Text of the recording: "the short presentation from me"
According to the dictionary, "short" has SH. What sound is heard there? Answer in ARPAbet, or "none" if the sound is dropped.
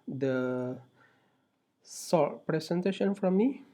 S